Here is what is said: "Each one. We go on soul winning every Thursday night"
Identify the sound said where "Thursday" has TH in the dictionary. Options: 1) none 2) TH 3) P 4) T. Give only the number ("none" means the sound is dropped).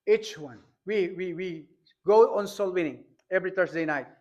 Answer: 4